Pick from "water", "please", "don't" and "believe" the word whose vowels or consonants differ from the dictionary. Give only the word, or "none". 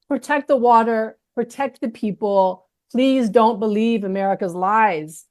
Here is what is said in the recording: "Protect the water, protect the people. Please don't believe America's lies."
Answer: none